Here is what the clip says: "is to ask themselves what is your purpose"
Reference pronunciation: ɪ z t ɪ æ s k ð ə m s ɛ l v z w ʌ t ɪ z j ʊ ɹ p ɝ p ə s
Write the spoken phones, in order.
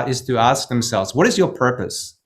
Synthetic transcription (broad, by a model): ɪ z t ɪ æ s k ð ə m s ɛ l v z w ʌ t ɪ z j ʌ ɹ p ɝ p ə s